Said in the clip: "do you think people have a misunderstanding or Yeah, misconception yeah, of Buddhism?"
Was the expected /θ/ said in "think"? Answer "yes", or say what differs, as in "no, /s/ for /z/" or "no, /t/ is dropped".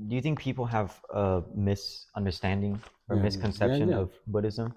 yes